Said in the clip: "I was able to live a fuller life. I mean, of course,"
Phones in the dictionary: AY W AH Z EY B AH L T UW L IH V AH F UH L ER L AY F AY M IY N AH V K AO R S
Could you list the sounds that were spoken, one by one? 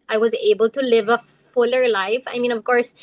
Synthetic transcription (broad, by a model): AY W AH Z EY B AH L T UW L IH V AH F UH L ER L AY F AY M IY N AH V K AO R S